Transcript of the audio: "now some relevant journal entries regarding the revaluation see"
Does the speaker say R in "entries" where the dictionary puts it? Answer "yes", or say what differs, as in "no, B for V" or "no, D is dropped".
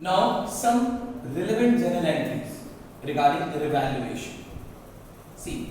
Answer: no, R is dropped